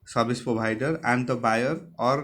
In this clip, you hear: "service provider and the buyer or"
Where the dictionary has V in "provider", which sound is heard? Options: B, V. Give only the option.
B